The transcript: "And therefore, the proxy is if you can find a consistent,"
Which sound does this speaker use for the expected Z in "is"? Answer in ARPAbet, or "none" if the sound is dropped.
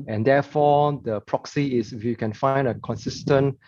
S